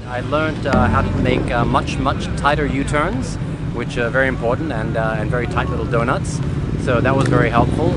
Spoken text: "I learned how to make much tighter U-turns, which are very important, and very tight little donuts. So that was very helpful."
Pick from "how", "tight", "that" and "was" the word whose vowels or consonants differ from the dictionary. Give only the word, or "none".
none